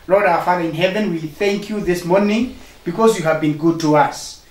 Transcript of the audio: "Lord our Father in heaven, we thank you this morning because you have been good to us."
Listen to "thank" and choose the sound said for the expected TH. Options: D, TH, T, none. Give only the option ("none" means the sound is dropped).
TH